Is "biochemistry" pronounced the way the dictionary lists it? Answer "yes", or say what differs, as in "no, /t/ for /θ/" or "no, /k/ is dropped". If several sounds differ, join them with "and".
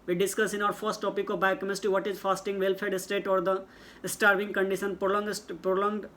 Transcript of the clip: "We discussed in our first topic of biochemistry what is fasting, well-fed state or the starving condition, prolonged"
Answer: no, /ɹ/ is dropped